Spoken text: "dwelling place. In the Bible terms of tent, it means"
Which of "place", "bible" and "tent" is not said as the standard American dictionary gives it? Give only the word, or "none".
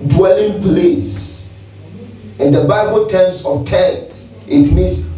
tent